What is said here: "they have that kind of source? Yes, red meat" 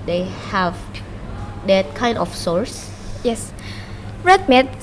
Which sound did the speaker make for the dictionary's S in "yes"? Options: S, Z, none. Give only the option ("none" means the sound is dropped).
S